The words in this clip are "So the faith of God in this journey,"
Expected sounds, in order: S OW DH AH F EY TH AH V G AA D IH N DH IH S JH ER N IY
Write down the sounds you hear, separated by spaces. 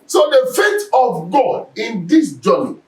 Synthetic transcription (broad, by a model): S OW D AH F EY T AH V G AA D IH N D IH S JH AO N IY